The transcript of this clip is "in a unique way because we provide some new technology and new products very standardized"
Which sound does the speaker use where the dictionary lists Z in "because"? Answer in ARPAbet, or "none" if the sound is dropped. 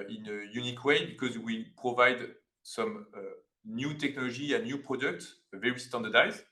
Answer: Z